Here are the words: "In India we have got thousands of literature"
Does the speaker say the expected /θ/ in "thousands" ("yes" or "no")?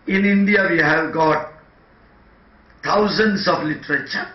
no